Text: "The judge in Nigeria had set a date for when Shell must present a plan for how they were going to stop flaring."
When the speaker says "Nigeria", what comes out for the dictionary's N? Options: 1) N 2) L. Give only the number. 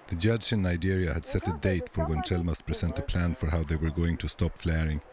1